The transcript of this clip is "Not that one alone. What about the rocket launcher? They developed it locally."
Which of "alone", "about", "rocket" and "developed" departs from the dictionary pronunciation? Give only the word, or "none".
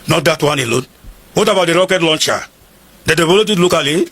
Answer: developed